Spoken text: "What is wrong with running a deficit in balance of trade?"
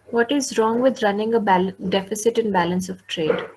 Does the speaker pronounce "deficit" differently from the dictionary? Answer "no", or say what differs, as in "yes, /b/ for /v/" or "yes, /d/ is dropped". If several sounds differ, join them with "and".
no